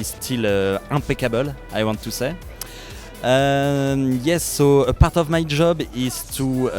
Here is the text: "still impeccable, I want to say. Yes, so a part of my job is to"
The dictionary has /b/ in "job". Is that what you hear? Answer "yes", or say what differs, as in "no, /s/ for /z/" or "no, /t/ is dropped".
yes